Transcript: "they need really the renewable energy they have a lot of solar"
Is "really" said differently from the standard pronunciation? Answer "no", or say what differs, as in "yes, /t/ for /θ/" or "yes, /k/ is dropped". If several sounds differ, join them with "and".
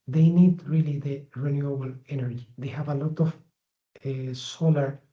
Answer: no